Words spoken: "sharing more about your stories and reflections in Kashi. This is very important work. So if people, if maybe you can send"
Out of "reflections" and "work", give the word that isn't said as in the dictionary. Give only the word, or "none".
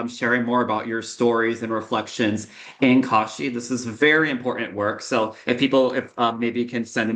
none